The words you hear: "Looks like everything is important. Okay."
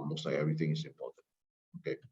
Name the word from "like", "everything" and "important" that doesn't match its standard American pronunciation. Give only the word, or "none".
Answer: like